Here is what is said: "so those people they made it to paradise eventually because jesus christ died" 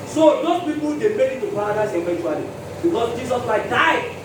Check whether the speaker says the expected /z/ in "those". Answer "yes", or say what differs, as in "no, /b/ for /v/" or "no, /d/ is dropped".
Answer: no, /z/ is dropped